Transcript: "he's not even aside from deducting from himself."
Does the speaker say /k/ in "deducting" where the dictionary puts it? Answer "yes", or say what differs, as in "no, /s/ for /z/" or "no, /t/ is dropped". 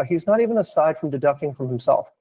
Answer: yes